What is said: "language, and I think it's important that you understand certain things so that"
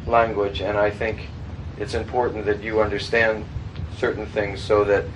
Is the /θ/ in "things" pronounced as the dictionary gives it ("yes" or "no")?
yes